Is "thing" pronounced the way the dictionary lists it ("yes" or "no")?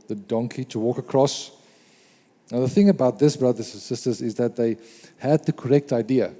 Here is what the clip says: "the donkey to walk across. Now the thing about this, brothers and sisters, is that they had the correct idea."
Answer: yes